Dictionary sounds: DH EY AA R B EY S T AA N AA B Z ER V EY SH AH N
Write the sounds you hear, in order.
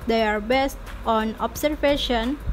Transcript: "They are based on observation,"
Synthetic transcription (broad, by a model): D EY AA R B EY S T AA N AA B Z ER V EY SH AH N